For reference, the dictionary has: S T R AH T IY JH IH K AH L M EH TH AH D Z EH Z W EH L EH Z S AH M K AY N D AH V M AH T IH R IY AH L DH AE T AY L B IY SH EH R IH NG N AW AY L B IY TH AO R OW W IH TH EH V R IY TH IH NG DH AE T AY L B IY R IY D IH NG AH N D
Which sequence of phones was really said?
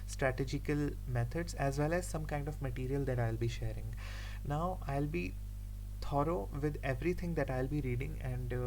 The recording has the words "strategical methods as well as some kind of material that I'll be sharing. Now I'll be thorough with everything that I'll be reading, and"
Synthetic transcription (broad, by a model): S T R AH T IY JH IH K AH L M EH T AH D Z EH Z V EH L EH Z S AH M K AY N D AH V M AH T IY R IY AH L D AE T AY L B IY SH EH R IH NG N AW AY L B IY T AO R OW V IH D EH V R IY T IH NG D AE T AY L B IY R IY D IH NG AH N D